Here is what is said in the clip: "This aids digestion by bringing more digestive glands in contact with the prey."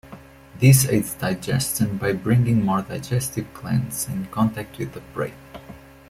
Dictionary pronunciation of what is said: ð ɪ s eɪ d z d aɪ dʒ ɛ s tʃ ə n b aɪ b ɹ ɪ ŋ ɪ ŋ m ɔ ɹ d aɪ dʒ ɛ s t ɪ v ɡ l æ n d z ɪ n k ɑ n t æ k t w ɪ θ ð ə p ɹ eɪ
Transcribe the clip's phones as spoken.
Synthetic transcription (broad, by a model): ð ɪ s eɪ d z d aɪ dʒ ɛ s tʃ ə n b aɪ b ɹ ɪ ŋ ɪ ŋ m ɔ ɹ d aɪ dʒ ɛ s t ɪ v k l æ n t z ɪ n k ɑ n t æ k t w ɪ ð ə b ɹ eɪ